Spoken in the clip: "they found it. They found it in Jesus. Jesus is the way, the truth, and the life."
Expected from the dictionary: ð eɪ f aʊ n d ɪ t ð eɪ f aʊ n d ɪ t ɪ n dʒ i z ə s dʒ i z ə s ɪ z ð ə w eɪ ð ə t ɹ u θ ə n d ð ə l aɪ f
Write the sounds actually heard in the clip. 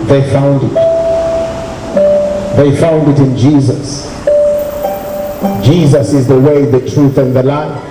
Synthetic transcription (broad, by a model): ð eɪ f aʊ n d ɪ t ð eɪ f aʊ n d ɪ t ɪ n dʒ i z ə s dʒ i z ə s ɪ z ð ə w eɪ ð ə t ɹ u θ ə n ð ə l aɪ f